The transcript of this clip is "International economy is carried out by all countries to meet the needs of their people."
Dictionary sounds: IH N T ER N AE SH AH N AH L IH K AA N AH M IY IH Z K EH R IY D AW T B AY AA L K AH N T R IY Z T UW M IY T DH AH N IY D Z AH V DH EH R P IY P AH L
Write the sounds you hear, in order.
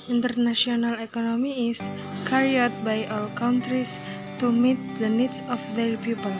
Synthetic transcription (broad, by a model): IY N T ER N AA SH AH N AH L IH K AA N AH M IY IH S K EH R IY AW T B AY AA L K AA N T R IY S T UW M IY T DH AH N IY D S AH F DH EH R P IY P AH L